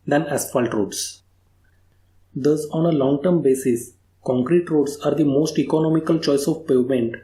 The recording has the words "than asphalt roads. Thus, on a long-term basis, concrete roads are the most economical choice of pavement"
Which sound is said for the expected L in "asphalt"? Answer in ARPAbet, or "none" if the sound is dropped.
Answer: L